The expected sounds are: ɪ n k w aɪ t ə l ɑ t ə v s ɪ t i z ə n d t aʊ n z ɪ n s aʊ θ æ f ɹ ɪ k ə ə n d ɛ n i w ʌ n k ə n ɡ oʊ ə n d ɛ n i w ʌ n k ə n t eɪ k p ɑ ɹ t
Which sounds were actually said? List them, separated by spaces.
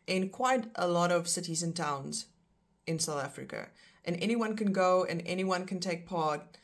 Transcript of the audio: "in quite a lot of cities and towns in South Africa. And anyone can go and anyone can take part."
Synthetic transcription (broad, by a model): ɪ n k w aɪ t ə l ɑ t ə v s ɪ t i z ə n t aʊ n z ɪ n s aʊ θ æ f ɹ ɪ k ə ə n ɛ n i w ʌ n k ə n ɡ oʊ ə n ɛ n i w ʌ n k ə n t eɪ k p ɑ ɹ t